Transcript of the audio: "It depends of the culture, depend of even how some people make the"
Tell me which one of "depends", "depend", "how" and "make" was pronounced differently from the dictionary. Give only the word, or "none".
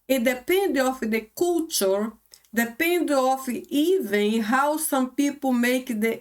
depends